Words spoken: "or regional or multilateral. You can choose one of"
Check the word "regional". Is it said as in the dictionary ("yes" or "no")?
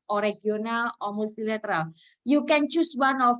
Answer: no